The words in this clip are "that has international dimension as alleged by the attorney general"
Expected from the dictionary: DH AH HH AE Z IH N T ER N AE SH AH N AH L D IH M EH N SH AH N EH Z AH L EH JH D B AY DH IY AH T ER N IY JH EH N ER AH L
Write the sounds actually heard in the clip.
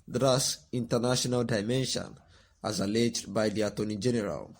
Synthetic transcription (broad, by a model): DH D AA S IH N T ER N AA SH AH N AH L D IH M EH N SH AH N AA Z AH L EH JH D B AY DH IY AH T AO N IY JH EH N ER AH L